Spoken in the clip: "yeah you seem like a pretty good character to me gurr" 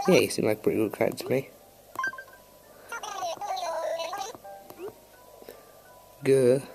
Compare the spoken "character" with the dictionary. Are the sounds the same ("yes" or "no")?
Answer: no